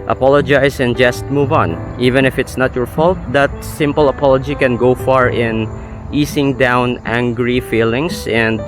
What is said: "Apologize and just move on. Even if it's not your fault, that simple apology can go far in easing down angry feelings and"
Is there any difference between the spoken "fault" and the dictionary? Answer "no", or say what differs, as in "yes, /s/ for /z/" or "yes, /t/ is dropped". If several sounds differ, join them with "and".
no